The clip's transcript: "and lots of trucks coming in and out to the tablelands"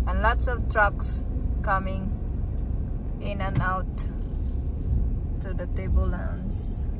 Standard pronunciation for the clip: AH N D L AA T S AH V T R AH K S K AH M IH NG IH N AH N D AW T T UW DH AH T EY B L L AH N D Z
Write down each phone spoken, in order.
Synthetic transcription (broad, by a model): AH N L AA T S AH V T R AH K S K AH M IH NG IH N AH N AW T T UW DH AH T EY B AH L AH N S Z